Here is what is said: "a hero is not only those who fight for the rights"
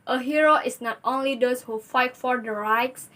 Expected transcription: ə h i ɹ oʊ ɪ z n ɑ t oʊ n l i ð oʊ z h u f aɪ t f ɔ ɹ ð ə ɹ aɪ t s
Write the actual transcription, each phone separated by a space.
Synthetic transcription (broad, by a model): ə h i ɹ oʊ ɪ s n ɑ t oʊ n l i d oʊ s h u f aɪ t f ɔ ɹ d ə ɹ aɪ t s